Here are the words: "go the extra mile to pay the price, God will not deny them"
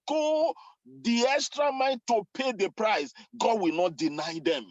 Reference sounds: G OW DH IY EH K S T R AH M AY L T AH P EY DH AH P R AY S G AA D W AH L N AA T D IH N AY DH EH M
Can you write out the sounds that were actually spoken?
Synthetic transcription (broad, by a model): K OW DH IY EH K S T R AH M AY N T AH P EY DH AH P R AY S G AA D W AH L N AA T D IH N AY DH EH M